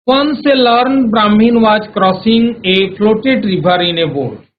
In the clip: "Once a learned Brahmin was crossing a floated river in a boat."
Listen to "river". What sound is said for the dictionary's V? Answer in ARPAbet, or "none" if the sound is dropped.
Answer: B